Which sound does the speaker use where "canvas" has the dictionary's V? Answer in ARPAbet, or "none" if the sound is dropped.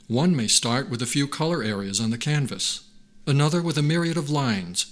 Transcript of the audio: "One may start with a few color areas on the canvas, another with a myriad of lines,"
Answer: V